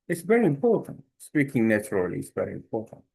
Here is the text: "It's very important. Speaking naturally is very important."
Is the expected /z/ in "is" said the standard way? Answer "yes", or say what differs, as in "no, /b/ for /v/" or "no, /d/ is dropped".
no, /s/ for /z/